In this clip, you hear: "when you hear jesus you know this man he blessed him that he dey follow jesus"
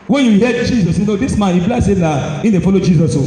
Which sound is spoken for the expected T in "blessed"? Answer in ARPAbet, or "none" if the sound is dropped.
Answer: none